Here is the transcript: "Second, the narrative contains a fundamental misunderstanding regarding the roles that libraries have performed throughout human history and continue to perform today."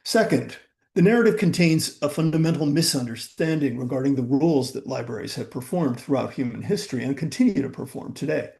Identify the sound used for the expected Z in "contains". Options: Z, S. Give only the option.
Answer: Z